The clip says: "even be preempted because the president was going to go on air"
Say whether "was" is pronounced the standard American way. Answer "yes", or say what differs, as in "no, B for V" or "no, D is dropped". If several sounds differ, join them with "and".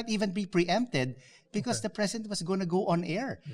no, S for Z